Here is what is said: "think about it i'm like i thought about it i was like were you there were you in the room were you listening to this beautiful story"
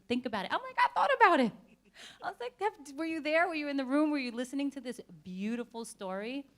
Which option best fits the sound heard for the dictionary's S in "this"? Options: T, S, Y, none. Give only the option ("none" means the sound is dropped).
S